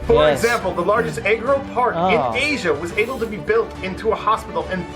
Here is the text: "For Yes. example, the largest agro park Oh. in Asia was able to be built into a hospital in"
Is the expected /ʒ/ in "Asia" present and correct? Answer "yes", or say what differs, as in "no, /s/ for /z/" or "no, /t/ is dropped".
yes